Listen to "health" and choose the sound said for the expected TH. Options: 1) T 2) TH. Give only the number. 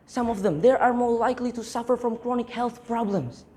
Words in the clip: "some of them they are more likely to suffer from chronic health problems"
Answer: 2